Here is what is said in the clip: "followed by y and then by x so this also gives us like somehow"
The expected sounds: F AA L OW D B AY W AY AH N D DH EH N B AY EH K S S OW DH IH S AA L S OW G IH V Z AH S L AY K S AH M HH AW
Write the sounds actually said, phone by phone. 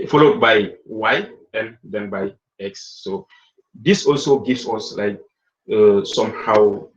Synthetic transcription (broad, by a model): F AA L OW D B AY W AY AH N D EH N B AY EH K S S OW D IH S AA L S OW G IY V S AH S L AY K S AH M HH AW